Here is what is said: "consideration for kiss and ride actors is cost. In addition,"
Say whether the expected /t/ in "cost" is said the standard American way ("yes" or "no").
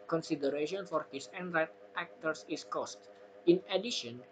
yes